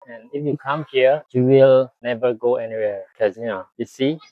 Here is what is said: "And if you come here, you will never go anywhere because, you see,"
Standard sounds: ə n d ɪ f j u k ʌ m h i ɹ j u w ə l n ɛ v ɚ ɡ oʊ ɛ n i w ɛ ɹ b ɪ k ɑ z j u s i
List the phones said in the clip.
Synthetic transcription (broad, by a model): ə n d ɪ f j u k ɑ m h i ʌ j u w ə l n ɛ v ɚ ɡ oʊ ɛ n i w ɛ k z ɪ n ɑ j u s i